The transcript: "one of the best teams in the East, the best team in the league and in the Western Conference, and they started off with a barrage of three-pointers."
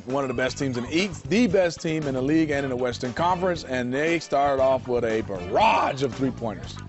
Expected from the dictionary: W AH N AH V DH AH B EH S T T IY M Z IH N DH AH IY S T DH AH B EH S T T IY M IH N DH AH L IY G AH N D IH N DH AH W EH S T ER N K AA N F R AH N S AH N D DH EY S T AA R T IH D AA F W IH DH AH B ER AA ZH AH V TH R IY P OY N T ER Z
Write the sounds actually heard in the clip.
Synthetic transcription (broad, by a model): W AH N AH V DH AH B EH S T T IY M Z IH N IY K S DH AH B EH S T T IY M IH N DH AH L IY G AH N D IH N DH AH W EH S T ER N K AA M F R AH N S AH N DH EY S T AA R T IH D AA F W IH DH AH B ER AA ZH AH V TH R IY P OY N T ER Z